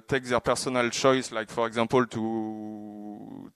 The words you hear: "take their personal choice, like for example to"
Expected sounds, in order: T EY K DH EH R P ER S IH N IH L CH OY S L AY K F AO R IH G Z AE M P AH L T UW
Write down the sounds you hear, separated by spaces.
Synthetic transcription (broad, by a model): T EY K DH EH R P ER S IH N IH L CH OY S L AY K F AO R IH G Z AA P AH L T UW